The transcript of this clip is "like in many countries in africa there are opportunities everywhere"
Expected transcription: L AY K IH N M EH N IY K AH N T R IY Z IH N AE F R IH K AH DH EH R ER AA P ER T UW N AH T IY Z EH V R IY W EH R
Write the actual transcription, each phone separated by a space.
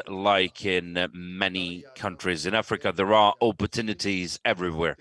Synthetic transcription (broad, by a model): L AY K IH N M EH N IY K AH N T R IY Z IH N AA F R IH K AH DH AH R ER AA P ER T UW N AH T IY Z EH V R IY W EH R